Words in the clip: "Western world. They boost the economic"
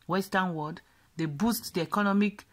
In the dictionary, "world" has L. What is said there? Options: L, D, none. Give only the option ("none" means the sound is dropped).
none